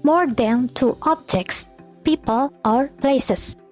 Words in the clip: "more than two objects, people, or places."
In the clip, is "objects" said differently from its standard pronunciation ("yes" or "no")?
no